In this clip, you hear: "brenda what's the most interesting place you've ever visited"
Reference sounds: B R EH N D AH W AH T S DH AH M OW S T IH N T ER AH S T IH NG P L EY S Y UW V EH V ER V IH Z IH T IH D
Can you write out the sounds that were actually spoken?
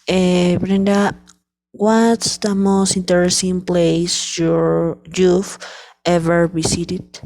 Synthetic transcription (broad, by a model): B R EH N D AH W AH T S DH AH M OW S T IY N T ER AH S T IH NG P L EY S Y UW F EH V ER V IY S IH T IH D